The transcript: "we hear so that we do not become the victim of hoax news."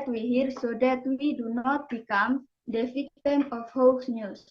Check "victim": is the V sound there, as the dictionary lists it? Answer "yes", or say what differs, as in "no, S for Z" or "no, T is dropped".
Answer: no, F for V